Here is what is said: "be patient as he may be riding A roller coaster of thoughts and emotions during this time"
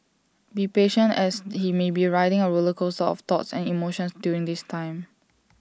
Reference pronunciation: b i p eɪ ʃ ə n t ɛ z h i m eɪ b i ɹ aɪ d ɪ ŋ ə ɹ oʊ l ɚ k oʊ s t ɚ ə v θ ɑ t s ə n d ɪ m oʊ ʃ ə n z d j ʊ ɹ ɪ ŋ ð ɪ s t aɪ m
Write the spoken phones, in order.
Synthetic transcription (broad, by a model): b i p eɪ ʃ ə n t ɛ s h i m eɪ b i ɹ aɪ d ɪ ŋ ə ɹ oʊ l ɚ k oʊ s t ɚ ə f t ɑ t s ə n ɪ m oʊ ʃ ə n s d j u ɹ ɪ ŋ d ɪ s t aɪ m